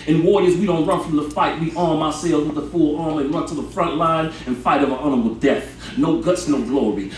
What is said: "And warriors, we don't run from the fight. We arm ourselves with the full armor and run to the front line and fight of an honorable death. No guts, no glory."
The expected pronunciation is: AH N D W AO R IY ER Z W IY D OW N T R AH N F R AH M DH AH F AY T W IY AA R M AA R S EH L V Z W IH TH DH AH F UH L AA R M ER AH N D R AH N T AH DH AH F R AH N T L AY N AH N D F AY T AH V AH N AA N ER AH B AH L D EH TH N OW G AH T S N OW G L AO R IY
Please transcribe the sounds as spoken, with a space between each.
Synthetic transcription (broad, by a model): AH N W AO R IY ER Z W IY D OW N T R AH N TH R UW DH AH F AY T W IY AA R M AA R S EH L Z W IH DH AH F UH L AA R M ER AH N R AH N T AH DH AH F R AH N T L AY N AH N F AY T AH V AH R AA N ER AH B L D EH TH N OW G AH T S N OW G L AO R IY